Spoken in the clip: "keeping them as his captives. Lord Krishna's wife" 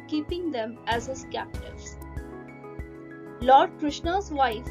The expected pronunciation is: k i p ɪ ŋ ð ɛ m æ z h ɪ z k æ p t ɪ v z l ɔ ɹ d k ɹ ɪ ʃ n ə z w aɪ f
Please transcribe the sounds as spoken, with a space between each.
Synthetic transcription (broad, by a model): k i p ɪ ŋ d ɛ m æ z h ɪ z k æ p t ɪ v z l ɔ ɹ d k ɹ ɪ ʃ n ə z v aɪ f